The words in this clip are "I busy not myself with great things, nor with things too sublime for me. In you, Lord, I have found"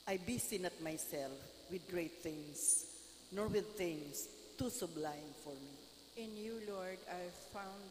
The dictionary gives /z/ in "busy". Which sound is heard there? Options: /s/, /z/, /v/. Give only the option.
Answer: /s/